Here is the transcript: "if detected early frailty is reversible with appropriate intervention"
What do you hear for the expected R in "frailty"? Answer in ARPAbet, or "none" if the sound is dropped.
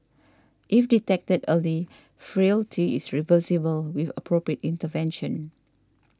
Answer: R